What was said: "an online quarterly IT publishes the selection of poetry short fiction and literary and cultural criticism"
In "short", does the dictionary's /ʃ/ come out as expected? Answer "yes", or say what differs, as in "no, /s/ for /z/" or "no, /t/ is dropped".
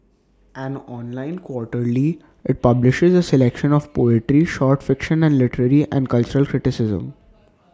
yes